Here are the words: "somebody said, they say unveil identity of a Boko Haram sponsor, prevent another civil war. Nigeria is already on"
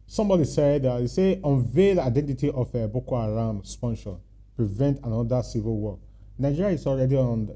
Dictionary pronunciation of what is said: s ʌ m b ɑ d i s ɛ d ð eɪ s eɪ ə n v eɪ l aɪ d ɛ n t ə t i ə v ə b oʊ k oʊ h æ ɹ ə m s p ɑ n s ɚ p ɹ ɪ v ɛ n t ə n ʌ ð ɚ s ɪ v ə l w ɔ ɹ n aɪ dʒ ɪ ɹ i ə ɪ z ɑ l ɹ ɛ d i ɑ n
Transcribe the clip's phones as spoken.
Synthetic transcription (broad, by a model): s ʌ m b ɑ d i s ɛ d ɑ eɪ s eɪ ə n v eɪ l aɪ d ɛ n t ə t i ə f ə b oʊ k oʊ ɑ ɹ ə m s p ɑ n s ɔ p ɹ ɪ v ɛ n t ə n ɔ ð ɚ s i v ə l w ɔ l n aɪ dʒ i ɹ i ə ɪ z ɑ l ɹ ɛ d i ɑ n